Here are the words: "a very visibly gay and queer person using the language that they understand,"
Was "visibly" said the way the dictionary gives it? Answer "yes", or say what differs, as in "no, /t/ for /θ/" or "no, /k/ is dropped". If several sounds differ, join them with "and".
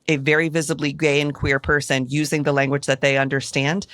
yes